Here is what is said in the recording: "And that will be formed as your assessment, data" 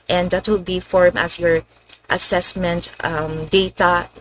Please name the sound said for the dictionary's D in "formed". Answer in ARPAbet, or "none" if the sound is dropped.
none